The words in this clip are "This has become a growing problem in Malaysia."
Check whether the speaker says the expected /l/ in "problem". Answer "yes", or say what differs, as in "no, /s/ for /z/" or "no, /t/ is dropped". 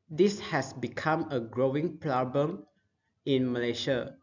no, /l/ is dropped